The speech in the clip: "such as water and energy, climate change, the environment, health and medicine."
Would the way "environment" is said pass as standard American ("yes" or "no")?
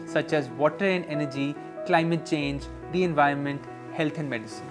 yes